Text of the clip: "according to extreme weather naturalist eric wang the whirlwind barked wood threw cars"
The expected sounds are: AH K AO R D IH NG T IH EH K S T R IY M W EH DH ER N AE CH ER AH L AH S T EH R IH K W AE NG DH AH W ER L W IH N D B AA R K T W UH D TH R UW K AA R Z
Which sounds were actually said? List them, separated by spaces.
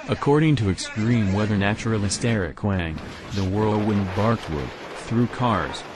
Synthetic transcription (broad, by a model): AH K AO R D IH NG T IH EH K S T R IY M W EH DH ER N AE CH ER L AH S T EH R IH K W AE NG DH AH W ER W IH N B AA R K T W UH D TH R UW K AA R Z